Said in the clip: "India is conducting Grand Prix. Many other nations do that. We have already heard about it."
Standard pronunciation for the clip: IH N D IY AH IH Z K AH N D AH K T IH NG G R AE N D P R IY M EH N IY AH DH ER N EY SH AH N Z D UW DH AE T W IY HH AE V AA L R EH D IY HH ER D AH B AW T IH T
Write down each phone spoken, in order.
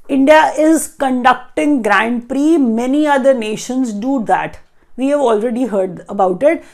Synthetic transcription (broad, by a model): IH N D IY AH IH Z K AH N D AH K T IH NG G R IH N D P R IY M EH N IY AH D ER N EY SH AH N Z D UW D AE T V IY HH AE V AA L R EH D IY HH ER D AH B AW T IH T